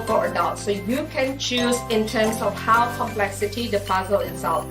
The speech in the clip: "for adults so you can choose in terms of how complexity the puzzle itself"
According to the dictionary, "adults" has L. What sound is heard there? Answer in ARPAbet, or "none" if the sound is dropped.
none